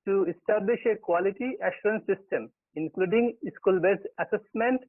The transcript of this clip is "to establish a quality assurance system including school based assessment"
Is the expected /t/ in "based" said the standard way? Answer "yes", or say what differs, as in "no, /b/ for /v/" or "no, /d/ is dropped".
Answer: no, /t/ is dropped